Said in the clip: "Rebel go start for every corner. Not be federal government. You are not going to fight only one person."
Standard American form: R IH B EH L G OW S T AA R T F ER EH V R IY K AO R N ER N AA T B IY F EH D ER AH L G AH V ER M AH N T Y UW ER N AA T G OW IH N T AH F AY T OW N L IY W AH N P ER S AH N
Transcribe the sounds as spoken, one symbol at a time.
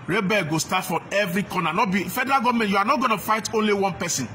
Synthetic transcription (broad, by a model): R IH B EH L G OW S T AA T F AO EH V R IY K AO N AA N AA T B IY F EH D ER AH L G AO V M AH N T Y UW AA N AA T G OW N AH F AY T OW N L IY W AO N P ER S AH N